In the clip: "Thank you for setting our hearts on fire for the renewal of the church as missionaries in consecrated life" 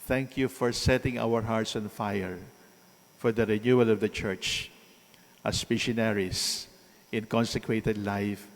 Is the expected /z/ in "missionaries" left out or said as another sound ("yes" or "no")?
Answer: yes